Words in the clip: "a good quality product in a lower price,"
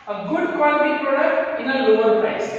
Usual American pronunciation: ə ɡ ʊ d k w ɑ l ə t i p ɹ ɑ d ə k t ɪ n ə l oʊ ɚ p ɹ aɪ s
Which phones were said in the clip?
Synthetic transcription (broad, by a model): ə ɡ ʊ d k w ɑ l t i p ɹ ɑ d ə k t ɪ n ə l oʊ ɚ p ɹ aɪ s